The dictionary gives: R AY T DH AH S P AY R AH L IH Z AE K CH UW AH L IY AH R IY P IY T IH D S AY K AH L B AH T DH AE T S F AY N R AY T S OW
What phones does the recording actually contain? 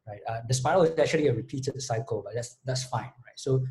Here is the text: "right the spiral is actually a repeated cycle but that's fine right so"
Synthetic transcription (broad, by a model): R AY T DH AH S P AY AH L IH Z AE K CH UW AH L IY AH R IY P IY T IH D S AY K AH L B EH T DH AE T S F AY N R AY T S OW